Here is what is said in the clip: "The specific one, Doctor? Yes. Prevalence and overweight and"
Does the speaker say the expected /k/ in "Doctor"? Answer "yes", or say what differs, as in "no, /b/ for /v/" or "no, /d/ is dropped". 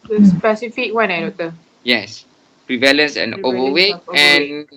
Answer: no, /k/ is dropped